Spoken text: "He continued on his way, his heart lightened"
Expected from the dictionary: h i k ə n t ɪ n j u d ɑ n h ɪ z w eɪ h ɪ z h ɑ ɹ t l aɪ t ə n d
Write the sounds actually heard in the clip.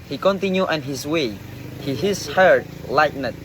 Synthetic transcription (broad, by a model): h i k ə n t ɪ n j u ɑ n h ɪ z w eɪ h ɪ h h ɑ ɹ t l aɪ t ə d